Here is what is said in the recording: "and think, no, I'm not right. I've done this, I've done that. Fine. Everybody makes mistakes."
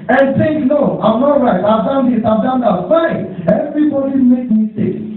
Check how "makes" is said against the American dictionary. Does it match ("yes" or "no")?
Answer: no